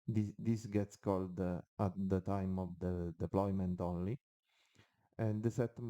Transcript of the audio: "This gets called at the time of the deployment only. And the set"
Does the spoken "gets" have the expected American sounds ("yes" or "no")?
yes